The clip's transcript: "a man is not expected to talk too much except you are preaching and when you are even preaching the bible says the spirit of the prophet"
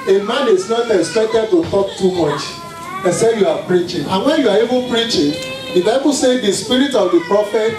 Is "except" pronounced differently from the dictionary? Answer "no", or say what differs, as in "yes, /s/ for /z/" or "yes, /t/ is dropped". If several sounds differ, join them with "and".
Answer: yes, /k/ is dropped